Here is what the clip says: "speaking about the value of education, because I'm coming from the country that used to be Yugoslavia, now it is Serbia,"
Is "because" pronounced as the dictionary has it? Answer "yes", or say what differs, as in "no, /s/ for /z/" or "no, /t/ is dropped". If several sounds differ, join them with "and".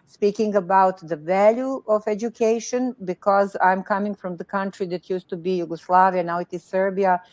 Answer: yes